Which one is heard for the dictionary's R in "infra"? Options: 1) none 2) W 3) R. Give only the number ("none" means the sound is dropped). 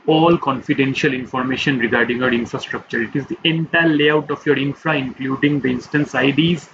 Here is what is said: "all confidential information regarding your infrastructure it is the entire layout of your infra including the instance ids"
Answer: 3